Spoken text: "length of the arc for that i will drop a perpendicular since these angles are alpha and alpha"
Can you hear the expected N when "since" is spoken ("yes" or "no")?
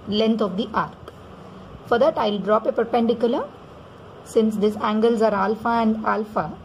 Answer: yes